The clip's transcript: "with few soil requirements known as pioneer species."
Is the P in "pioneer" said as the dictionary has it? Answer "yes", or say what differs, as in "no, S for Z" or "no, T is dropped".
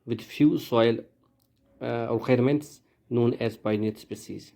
no, B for P